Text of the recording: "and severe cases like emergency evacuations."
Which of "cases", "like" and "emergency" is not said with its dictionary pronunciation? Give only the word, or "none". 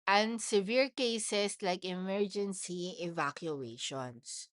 cases